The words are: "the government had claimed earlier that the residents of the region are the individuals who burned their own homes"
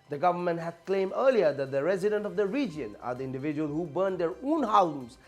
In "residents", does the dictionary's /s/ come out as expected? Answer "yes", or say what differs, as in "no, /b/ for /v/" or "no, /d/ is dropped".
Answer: no, /s/ is dropped